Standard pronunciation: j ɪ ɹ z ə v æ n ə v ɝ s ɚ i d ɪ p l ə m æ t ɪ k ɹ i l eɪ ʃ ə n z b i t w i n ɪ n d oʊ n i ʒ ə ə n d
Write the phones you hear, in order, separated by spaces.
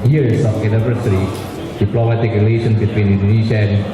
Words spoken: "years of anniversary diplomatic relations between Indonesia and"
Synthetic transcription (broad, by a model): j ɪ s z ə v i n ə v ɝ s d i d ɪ p l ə m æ t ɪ k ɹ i l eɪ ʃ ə n s b i t w i n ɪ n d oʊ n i ʃ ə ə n